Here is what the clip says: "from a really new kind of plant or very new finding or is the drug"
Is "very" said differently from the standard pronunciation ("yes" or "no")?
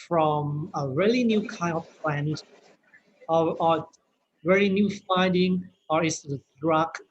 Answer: yes